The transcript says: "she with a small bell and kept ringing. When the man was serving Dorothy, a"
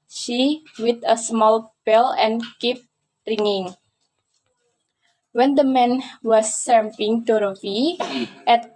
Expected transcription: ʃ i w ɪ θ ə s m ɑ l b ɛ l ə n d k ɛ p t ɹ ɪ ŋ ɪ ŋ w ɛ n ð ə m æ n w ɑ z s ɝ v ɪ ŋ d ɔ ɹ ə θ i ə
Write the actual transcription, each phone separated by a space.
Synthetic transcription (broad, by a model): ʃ i w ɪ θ ə s m ɑ l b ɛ l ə n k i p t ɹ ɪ ŋ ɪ ŋ w ɛ n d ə m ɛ n w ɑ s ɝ p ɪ ŋ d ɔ ɹ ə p i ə